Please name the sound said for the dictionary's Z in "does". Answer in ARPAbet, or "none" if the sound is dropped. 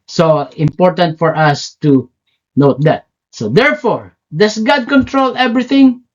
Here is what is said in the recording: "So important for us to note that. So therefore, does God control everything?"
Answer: S